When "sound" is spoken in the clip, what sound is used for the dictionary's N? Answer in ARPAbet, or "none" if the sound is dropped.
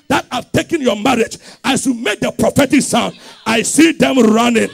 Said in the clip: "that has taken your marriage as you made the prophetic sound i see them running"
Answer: N